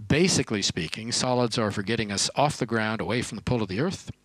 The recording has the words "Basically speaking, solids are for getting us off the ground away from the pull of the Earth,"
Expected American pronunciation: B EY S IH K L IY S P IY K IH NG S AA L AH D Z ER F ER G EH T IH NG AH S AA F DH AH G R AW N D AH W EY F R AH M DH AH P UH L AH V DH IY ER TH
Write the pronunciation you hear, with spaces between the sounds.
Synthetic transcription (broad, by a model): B EY S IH K L IY S P IY K IH NG S AA L AH D Z ER F ER G EH T IH NG AH S AA F DH AH G R AW N D AH W EY F R AH M DH AH P UH L AH V DH IY ER TH